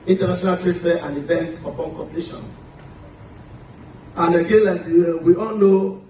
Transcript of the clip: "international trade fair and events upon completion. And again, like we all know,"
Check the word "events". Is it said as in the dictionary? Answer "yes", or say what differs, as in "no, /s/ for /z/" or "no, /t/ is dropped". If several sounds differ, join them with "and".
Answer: yes